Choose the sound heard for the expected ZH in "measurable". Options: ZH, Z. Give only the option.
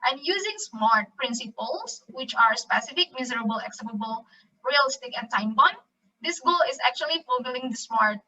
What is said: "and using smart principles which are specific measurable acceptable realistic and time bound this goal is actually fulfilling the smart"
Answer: Z